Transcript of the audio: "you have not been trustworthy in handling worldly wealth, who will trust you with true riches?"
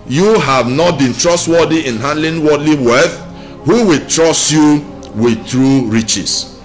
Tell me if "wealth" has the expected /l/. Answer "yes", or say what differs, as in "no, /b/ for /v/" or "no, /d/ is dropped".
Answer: no, /l/ is dropped